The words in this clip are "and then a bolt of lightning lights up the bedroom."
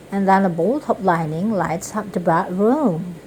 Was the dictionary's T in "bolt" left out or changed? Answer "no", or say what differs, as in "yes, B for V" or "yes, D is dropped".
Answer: no